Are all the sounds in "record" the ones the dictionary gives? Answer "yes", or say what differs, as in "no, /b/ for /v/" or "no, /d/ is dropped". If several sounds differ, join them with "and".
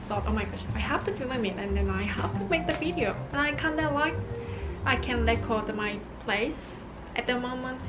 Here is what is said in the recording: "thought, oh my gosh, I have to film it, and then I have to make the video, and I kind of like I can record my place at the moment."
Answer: no, /l/ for /ɹ/